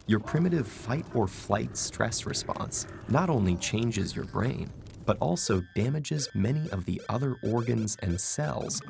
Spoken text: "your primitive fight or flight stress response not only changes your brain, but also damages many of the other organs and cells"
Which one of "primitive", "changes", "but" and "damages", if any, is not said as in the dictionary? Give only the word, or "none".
none